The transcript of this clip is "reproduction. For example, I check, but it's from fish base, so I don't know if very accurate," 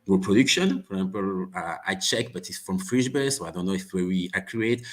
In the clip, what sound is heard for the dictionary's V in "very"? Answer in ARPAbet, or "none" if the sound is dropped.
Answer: W